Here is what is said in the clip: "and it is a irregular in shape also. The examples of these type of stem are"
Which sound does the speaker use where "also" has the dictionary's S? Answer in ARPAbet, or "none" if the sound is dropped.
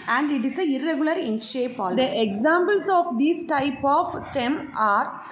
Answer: none